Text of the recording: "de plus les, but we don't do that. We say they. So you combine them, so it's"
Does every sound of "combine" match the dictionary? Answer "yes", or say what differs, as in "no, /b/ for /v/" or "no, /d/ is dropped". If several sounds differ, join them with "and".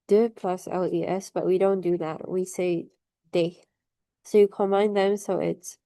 no, /b/ is dropped